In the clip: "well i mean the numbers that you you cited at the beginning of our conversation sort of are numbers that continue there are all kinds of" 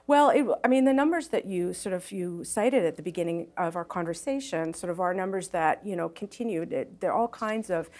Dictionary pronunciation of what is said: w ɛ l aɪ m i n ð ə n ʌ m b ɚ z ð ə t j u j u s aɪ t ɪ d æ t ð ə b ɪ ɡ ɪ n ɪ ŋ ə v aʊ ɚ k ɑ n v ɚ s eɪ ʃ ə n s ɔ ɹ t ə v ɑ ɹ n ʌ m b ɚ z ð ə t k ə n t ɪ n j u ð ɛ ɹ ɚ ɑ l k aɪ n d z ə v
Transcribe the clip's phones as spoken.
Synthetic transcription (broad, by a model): w ɛ l aɪ m i n ð ə n ʌ m b ɚ z ð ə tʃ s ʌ j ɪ s aɪ t ɪ d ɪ t ð ə b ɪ ɡ ɪ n ɪ ŋ ə v aʊ ɚ k ɑ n v ɚ s eɪ ʃ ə n s ɔ ɹ t ə v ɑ ɹ n ʌ m b ɚ z ð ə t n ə n t ɪ n j u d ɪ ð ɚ ɑ l k aɪ n d z ə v